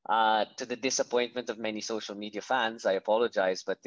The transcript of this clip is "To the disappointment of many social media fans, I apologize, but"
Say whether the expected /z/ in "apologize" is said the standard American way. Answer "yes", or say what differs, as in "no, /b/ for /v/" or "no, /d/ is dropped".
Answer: yes